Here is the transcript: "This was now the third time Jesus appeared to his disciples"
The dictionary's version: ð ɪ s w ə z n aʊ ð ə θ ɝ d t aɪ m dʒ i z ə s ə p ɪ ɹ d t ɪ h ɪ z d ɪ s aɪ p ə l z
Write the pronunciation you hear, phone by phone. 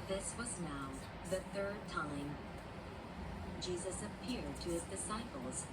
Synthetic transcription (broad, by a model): ð ɪ s w ə z n aʊ ð ə θ ɝ d t aɪ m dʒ i z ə s ə p ɪ ɹ d t ɪ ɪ z d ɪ s aɪ p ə l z